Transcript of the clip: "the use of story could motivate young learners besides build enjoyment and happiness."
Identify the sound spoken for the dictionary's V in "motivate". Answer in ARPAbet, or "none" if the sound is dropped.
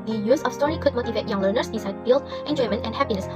V